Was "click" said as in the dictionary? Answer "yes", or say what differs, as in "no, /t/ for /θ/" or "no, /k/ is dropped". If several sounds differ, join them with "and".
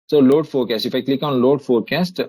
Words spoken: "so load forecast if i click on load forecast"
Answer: yes